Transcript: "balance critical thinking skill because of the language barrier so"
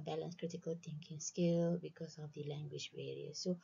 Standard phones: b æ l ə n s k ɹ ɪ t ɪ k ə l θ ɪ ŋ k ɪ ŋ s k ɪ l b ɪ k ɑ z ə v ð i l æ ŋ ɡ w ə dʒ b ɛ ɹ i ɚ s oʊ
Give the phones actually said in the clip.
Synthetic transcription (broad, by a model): b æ l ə n s k ɹ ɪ t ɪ k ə l t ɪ ŋ k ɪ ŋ s k ɪ l b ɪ k ɑ s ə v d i l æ ŋ ɡ w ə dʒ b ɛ ɹ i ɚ s oʊ